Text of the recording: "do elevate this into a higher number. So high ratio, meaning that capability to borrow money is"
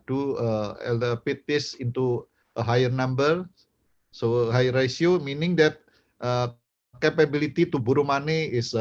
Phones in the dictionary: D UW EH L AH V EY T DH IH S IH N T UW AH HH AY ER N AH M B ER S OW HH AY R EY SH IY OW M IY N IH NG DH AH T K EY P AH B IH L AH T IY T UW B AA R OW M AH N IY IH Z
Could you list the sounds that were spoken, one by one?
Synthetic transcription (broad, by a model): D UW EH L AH P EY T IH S IH N T UW AH HH AY ER N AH M B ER S OW HH AY R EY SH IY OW M IY N IH NG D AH T K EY P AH B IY L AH T IY T UW B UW R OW M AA N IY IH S